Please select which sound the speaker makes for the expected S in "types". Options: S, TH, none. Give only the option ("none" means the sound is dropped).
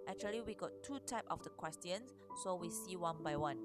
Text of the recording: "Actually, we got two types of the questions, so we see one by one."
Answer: none